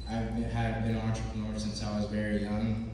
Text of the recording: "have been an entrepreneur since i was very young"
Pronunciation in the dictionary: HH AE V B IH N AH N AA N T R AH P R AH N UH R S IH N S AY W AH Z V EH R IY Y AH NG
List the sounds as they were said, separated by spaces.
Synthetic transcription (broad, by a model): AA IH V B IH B AH N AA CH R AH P AH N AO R S IH N S AY W AH Z V EH R IY Y AH NG